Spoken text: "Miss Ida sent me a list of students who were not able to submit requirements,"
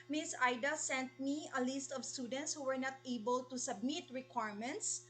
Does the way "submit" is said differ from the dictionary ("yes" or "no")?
no